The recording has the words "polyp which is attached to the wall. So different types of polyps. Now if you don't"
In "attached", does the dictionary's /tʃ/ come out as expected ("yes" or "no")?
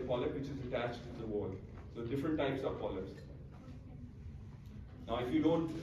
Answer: yes